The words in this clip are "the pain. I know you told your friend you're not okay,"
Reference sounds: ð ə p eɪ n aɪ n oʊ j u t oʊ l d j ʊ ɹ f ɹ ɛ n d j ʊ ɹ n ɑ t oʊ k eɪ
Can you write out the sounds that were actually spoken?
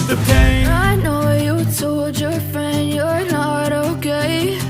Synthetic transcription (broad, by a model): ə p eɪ aɪ n oʊ j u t oʊ l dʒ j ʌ ɹ f ɹ ɛ n d j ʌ ɹ n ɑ t oʊ k eɪ